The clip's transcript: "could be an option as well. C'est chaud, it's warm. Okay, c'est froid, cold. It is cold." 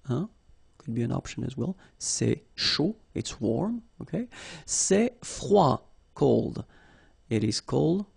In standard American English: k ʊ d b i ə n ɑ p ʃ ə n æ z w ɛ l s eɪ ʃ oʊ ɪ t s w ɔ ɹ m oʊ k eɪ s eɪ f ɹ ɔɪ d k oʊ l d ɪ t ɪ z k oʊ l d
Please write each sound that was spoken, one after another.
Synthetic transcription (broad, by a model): k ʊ d b i ə n ɑ p ʃ ə n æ z w ɛ l s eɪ ʃ oʊ ɪ t s w ɔ ɹ m oʊ k eɪ s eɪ f w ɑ k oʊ l d ɪ t ɪ z k oʊ l d